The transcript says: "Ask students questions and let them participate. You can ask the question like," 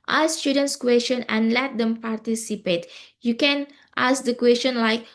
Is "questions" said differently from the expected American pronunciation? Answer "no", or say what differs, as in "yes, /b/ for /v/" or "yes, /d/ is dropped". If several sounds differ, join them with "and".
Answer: yes, /z/ is dropped